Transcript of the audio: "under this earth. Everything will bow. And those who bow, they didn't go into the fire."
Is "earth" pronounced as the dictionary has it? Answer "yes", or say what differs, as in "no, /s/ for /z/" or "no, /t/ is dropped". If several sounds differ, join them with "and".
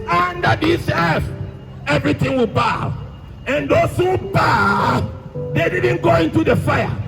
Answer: no, /s/ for /θ/